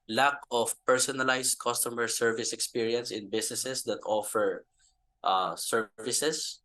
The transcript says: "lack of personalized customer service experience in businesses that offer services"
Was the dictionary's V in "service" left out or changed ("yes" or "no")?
no